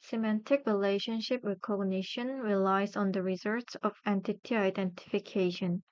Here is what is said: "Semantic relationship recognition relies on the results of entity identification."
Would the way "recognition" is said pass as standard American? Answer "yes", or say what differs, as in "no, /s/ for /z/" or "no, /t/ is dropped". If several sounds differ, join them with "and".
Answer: no, /w/ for /ɹ/